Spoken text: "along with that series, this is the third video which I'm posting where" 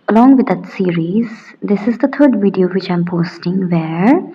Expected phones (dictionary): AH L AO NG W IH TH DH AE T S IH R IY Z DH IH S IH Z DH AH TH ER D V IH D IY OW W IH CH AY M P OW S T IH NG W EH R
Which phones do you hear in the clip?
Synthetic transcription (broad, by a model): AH L AO NG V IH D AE T S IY R IY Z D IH S IH Z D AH T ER D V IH D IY OW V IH CH AY M P OW S T IH NG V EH R